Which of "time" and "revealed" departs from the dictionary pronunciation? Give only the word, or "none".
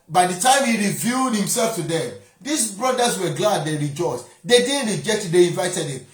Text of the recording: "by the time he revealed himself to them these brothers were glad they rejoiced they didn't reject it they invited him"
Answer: revealed